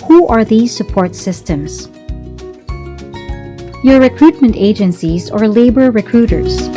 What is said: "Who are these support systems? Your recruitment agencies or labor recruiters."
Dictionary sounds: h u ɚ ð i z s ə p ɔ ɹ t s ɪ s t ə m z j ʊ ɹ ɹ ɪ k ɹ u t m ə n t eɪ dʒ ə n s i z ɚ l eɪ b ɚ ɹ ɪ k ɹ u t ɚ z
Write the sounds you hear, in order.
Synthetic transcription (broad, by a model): h u ɚ ð i z s ə p ɔ ɹ t s ɪ s t ə m z j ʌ ɹ ɹ ɪ k ɹ u t m ə n t eɪ dʒ ə n s i z ɚ l eɪ b ɚ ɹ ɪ k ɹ u t ɚ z